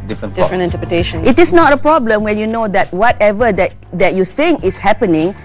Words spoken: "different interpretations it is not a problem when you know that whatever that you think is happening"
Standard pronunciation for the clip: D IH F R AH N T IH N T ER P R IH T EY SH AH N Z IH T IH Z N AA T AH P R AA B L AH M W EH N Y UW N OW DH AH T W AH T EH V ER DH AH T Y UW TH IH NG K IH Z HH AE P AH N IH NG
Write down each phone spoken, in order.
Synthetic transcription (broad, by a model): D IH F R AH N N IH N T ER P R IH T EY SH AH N IH T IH S N AA T AH P R AA B L AH M W EH N Y UW N OW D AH T W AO T EH V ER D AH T Y UW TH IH NG K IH S HH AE P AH N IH NG